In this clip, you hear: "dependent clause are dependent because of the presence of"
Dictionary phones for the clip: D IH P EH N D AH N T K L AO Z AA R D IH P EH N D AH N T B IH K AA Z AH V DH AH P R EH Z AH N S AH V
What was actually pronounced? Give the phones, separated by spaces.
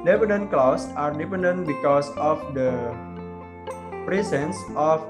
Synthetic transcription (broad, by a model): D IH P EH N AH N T K L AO S AA R D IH P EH N D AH N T B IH K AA S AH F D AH P R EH S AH N S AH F